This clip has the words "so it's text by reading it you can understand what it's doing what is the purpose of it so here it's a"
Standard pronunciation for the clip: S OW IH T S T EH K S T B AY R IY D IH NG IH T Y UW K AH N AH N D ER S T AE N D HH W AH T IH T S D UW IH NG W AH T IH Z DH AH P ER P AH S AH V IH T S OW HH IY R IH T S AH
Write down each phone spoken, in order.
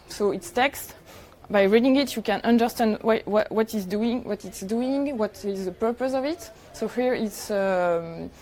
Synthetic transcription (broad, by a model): S OW IH T S T EH K S T B AY R IY D IH NG IH T Y UW K AH N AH N D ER S T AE N D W W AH T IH T S D UW IH NG W AH T IH Z DH AH P ER P AH S AH V IH T S OW HH IY R IH T S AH